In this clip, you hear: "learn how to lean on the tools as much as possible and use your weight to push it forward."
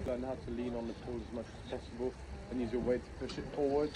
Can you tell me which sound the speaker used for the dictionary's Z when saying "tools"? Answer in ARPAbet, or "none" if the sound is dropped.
none